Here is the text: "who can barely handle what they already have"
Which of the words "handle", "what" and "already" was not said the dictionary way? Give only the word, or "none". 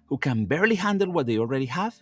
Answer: none